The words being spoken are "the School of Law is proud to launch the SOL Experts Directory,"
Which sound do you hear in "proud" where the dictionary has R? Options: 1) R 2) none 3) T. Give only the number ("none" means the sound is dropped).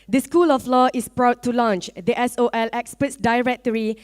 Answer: 1